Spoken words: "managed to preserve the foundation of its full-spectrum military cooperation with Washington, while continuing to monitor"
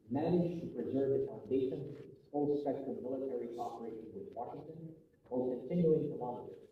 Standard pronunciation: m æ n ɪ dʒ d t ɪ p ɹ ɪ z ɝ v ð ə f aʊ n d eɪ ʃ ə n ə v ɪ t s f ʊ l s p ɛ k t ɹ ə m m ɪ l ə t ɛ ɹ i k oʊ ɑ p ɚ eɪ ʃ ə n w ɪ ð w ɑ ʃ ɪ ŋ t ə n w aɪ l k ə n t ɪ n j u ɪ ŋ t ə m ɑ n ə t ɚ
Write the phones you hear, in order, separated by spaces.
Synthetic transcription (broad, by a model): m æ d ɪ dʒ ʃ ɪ p ɹ ɪ z ɝ v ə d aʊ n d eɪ s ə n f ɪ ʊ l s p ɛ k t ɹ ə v m ɪ l ə t ɛ ɹ i k oʊ ɑ p ɚ eɪ ʃ ə n w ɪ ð w ɑ ʃ ɪ ŋ t ə n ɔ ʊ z k ə n t ɪ n j u ɪ ŋ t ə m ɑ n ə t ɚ